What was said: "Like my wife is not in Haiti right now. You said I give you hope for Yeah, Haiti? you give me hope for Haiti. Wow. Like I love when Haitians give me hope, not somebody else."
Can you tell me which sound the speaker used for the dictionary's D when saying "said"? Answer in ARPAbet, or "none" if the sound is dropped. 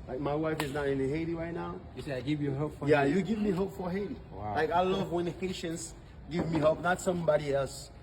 none